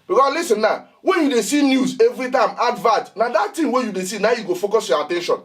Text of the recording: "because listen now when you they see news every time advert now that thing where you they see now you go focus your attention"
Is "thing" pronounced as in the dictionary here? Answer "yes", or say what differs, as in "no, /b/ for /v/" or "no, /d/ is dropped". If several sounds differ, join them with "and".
no, /t/ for /θ/